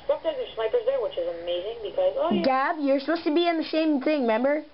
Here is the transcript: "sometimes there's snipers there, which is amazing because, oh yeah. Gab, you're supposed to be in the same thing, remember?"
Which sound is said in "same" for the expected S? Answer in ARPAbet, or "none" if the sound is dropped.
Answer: SH